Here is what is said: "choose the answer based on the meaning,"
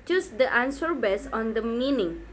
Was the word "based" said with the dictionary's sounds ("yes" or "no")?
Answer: no